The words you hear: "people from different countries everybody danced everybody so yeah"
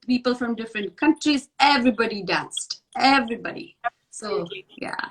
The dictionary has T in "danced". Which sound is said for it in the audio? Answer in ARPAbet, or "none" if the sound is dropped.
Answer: T